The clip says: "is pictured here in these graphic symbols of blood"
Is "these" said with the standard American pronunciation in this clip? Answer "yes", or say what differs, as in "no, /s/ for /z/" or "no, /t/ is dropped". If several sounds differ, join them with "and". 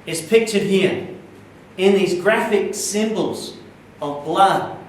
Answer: yes